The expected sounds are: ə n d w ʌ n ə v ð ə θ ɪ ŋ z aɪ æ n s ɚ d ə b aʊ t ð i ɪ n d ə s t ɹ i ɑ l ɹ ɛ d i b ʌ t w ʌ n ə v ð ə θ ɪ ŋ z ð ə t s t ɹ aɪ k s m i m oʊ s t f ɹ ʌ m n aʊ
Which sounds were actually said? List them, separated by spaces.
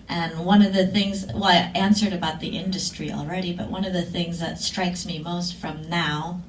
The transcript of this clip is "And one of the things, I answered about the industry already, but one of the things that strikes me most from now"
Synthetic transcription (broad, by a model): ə n w ʌ n ə v ð ə θ ɪ ŋ z aɪ æ n s ɚ d ə b aʊ t ð i ɪ n d ə s t ɹ i ɑ l ɹ ɛ d i b ʌ t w ʌ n ə v ð ə θ ɪ ŋ z ð ə t s t ɹ aɪ k s m i m oʊ s t f ɹ ʌ m n aʊ